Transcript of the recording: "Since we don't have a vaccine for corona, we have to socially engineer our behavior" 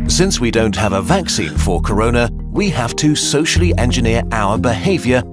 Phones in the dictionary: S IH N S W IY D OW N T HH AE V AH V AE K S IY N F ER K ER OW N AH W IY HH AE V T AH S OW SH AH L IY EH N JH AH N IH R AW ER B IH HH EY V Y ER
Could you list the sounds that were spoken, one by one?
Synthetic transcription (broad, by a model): S IH N S W IY D OW N T HH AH V AH V AE K S IY N F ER K ER OW N AH W IY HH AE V T AH S OW SH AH L IY EH N JH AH N IH R AW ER B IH HH EY V Y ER